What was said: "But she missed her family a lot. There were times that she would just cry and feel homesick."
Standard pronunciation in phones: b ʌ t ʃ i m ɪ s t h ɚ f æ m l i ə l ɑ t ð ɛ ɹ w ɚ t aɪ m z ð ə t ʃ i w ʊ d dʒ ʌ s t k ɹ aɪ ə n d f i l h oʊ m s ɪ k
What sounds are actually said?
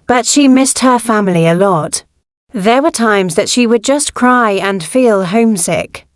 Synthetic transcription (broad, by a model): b ʌ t ʃ i m ɪ s t h ɚ f æ m l i ə l ɑ t ð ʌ ɹ w ɚ t aɪ m z ð ə t ʃ i w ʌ d dʒ ʌ s k ɹ aɪ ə n f i l h oʊ m s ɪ k